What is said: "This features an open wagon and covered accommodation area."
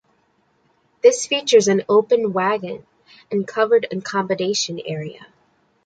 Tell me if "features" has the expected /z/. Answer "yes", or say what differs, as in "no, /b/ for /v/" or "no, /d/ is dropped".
yes